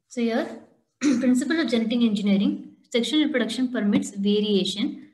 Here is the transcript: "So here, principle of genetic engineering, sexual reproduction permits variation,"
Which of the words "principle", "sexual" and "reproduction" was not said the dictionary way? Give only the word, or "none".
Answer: sexual